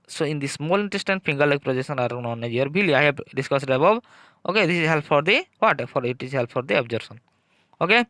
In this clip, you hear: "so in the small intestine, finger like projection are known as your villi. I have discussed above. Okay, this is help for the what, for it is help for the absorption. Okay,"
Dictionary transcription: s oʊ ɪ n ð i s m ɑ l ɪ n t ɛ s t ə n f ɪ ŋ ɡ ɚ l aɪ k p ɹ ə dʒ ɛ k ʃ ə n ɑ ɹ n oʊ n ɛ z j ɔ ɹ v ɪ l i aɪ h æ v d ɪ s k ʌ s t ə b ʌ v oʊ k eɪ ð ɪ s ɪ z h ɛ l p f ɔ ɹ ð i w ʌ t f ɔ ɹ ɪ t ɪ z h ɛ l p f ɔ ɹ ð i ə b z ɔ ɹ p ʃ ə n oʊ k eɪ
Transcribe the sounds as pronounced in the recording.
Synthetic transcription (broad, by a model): s oʊ ɪ n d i s m ɑ l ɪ n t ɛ s t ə n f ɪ ŋ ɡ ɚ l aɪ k p ɹ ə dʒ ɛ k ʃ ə n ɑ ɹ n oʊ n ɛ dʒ j ɔ ɹ b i l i aɪ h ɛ b d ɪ s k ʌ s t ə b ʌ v oʊ k eɪ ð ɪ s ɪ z h ɛ l p f ɔ ɹ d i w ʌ t f ɔ ɹ ɪ t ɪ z h ɛ l p f ɔ ɹ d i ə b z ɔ ɹ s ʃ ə n oʊ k eɪ